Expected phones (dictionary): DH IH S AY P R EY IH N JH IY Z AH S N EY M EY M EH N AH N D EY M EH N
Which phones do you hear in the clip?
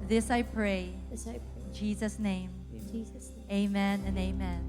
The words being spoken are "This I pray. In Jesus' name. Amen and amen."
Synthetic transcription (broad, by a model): DH IH S AY P R EY IH N JH IY Z AH S N EY M EY M EH N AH N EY M EH N